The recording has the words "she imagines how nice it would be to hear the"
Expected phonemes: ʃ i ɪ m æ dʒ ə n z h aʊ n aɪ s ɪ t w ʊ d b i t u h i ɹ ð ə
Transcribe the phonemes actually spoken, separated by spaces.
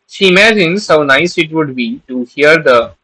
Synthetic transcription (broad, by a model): ʃ i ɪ m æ dʒ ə n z h aʊ n aɪ s ɪ t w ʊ d b i t u h i ɹ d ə